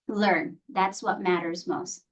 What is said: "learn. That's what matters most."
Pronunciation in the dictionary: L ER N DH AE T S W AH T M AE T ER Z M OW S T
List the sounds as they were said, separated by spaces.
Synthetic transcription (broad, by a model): L ER N DH AE T S W AH T M AE T ER Z M OW S T